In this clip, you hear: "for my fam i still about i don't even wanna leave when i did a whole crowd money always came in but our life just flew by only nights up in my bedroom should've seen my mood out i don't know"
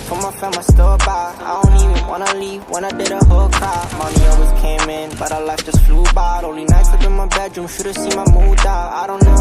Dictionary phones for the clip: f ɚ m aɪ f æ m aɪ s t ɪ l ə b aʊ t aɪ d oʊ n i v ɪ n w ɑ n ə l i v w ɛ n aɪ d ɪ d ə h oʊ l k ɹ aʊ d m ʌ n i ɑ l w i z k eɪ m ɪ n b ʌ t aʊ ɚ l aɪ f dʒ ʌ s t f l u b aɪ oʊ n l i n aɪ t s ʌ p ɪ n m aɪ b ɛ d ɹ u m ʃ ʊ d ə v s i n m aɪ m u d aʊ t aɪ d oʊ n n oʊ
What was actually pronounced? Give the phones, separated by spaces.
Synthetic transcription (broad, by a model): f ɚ m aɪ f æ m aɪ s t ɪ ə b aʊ aɪ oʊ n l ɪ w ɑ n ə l i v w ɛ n aɪ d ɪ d ə h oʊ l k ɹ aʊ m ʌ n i ɑ l w i z k eɪ m ɪ n b ʌ t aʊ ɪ l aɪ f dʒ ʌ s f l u b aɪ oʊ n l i n aɪ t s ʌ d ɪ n m aɪ b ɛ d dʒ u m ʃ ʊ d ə s i m aɪ m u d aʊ aɪ d oʊ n n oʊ